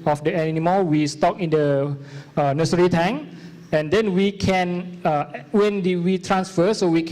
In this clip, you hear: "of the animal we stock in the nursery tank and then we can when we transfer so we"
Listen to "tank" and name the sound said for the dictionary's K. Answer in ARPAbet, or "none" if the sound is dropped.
none